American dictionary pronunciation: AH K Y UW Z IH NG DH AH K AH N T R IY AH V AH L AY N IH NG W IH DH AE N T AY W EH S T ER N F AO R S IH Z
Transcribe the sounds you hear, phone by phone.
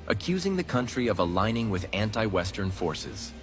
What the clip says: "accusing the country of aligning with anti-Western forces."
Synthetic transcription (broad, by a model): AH K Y UW Z IH NG DH AH K AH N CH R IY AH V AH L AY N IH NG W IH DH AE N T AY W EH S T ER N F AO R S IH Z